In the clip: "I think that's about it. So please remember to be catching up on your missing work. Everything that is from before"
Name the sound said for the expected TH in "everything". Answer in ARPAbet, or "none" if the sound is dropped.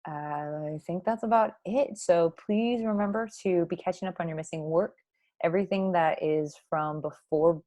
TH